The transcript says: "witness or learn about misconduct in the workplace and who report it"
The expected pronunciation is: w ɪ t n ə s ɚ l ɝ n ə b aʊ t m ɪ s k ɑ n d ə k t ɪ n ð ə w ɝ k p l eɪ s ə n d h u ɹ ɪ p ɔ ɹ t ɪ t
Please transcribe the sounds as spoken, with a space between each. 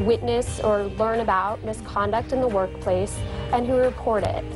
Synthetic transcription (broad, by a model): w ɪ t n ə s ɚ l ɝ n ə b aʊ t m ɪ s k ɑ n d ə k t ɪ n ð ə w ɝ k p l eɪ s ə n h u ɹ ɪ p ɔ ɹ t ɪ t